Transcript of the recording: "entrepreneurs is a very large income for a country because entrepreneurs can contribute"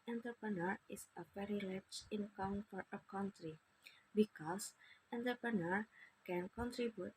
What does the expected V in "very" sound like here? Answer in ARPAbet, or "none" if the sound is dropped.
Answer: P